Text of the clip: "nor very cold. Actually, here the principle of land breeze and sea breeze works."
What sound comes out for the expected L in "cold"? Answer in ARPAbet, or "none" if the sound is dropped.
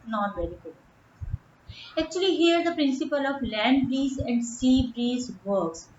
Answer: none